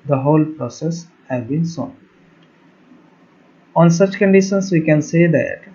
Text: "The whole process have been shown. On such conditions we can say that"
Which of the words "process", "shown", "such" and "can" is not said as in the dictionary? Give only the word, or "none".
shown